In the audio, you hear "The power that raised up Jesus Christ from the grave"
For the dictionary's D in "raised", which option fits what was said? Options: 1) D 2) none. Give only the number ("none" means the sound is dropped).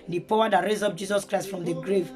2